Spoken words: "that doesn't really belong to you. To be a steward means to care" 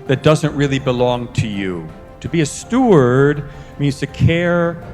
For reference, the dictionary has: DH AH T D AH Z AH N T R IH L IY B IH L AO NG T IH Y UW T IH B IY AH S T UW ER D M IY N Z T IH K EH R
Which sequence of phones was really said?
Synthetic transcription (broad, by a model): DH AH T D AH Z AH N T R IH L IY B IH L AO NG T IH Y UW T IH B IY AH S T UW ER D M IY N Z T IH K EH R